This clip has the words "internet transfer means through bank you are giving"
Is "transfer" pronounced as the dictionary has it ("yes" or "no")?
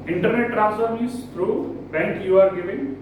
no